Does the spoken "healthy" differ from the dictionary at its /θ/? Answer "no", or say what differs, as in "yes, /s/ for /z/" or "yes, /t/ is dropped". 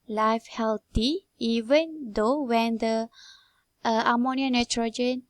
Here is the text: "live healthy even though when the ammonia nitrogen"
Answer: yes, /t/ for /θ/